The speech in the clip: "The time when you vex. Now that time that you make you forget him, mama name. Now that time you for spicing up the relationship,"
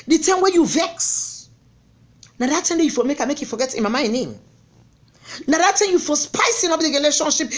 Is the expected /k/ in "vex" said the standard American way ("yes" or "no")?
yes